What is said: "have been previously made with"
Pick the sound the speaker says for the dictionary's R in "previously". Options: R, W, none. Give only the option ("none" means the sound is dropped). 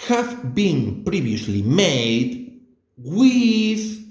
R